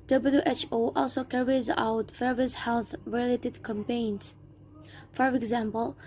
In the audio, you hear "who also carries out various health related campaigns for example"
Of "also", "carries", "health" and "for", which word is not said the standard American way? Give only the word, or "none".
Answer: none